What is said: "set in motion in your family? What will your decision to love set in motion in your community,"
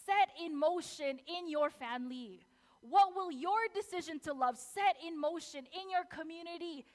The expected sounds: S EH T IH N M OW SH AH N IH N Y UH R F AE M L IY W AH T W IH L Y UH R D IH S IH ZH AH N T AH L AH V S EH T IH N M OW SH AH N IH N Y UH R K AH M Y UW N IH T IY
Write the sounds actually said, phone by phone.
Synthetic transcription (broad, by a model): S EH T IH N M OW SH AH N IH N Y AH R F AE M L IY W AH T W IH L Y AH R D IH S IH ZH AH N T AH L AH V S EH T IH N M OW SH AH N IH N Y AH R K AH M Y UW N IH T IY